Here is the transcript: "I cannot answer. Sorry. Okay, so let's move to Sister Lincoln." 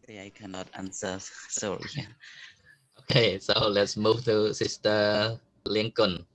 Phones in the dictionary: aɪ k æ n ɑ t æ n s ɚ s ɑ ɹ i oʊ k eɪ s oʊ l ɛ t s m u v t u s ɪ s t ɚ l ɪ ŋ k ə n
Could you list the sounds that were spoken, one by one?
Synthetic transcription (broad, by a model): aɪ k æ n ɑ t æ n s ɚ s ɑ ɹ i oʊ k eɪ s oʊ l ɛ t s m u v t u s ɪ s t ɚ l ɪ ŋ k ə n